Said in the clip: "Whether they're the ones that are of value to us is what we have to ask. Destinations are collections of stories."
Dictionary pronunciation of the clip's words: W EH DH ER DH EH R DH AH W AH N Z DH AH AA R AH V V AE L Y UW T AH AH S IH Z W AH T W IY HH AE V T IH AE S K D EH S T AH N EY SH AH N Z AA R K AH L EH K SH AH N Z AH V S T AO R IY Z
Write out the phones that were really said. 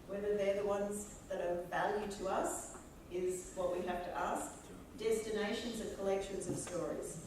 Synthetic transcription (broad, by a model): W EH DH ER DH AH R DH AH W AH N Z DH AH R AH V V AE L Y UW T AH AH S IH Z W AH T W IY HH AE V T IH AE S K D EH S T AH N EY SH AH N Z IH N K AH L EH K SH AH N Z AH V S T AO R IY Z